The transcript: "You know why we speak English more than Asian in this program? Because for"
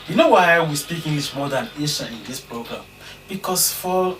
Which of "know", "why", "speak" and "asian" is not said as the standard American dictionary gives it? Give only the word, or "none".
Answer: asian